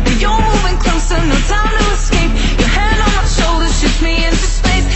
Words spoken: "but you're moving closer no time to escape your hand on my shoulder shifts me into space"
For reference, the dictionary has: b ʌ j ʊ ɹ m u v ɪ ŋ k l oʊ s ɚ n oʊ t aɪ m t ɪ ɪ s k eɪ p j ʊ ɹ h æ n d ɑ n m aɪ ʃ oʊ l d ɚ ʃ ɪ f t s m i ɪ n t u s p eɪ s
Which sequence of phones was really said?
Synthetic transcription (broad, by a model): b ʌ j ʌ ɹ m u v ɪ ŋ k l oʊ s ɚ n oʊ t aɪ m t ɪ ɪ s k eɪ p j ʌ ɹ h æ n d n m aɪ ʃ oʊ l d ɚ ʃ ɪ t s m i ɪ n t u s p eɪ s